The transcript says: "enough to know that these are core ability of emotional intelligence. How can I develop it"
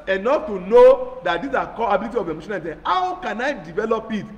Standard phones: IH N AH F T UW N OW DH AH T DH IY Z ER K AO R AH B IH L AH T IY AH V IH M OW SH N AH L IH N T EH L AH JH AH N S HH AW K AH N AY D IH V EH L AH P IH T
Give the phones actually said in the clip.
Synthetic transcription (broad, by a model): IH N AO F T UW N OW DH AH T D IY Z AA K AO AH B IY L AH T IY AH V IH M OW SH AH N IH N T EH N HH AW K AH N AY D IH V EH L AH P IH T